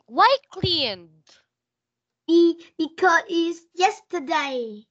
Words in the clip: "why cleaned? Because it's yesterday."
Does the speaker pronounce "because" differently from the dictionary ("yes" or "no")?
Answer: yes